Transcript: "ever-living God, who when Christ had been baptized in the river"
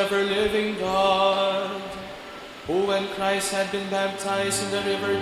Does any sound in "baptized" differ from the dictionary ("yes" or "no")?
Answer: no